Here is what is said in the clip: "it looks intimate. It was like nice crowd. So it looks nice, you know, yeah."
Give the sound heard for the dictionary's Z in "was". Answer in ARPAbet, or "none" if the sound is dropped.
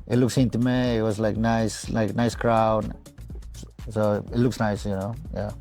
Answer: S